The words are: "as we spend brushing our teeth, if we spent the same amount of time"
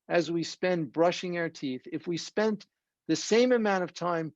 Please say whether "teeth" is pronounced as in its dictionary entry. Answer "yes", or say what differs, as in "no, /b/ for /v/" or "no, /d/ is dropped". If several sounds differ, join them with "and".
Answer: yes